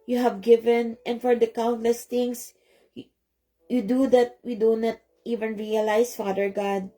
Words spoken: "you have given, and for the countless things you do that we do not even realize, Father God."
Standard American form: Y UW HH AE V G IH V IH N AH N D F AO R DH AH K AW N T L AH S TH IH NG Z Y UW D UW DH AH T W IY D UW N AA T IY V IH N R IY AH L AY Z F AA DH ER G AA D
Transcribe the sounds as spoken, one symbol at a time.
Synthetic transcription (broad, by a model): Y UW HH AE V G IH V IH N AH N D F AO R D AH K AW N T L AH S T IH NG S Y UW D UW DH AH T W IY D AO N AA T IY V IH N R IY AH L AY S F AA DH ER G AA D